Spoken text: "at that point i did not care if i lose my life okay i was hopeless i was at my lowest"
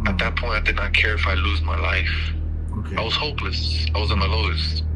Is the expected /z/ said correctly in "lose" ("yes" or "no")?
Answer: yes